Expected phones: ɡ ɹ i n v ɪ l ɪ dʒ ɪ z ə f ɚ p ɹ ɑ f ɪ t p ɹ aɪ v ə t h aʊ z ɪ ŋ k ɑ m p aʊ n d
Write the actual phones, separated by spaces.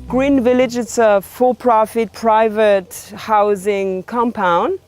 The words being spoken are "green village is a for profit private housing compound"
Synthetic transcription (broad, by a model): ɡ ɹ i n v ɪ l ɪ dʒ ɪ s ə f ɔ p ɹ ɑ f ɪ t p ɹ aɪ v ə t h aʊ z ɪ ŋ k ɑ m p aʊ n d